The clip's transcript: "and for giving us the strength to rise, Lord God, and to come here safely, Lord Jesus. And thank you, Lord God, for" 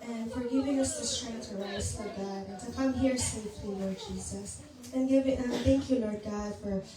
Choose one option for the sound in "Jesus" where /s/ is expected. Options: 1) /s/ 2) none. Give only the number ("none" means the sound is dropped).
1